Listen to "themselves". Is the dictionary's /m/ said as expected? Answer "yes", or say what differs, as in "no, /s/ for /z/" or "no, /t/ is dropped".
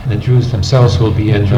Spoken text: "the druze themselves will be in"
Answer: yes